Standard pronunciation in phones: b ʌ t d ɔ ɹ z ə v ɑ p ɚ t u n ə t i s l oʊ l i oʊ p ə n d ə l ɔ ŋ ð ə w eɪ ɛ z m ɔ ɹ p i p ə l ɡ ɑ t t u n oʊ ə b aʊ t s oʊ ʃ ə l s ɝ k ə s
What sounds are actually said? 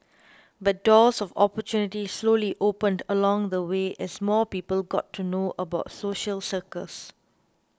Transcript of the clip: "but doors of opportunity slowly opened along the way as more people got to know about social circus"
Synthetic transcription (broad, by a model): b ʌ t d ɔ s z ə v ɑ p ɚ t u n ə t i s l oʊ l i oʊ p ə n d ə l ɔ ŋ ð ə w eɪ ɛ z m ɔ p i p ə l ɡ ɑ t t u n oʊ ə b aʊ t s oʊ ʃ ə l s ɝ k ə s